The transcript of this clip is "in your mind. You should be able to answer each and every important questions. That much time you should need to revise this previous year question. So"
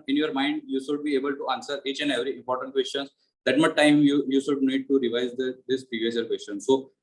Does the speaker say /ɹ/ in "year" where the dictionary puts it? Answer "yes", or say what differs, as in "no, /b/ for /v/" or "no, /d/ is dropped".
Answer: no, /l/ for /ɹ/